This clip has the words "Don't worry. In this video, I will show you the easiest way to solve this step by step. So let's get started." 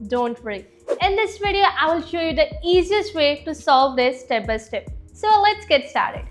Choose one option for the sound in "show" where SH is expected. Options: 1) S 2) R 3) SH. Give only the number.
3